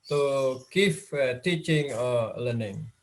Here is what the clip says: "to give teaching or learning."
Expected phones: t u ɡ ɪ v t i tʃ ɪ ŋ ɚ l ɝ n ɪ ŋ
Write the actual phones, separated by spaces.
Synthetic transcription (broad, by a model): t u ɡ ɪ f t i tʃ ɪ ŋ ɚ l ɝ n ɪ ŋ